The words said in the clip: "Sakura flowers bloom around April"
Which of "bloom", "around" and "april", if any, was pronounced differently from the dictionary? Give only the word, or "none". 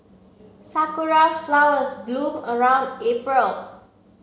bloom